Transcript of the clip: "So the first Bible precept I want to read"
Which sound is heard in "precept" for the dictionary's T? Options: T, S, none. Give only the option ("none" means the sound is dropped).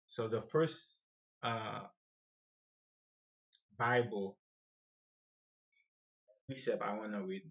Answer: none